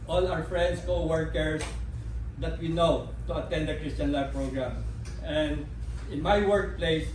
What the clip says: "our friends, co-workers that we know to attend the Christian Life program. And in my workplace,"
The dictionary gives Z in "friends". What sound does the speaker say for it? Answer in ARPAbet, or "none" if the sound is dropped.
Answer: S